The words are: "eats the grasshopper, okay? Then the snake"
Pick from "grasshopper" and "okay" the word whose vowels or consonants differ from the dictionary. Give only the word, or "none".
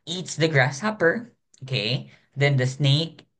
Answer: none